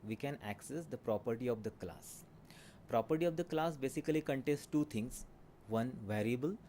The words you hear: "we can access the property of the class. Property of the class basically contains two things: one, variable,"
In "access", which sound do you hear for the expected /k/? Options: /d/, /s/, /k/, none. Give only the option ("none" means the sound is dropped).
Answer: /k/